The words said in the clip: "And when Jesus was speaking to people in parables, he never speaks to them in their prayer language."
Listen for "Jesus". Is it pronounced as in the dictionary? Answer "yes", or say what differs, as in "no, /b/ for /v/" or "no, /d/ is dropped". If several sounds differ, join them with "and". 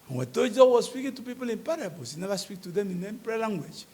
no, /s/ is dropped